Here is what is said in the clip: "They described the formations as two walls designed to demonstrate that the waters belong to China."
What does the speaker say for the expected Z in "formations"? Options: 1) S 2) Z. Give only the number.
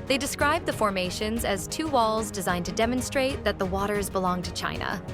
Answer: 2